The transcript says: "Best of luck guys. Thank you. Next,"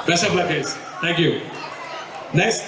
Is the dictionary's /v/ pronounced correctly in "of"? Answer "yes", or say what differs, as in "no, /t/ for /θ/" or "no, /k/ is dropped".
no, /b/ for /v/